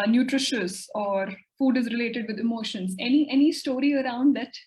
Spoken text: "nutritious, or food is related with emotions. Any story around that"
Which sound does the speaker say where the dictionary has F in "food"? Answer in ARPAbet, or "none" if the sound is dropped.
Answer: F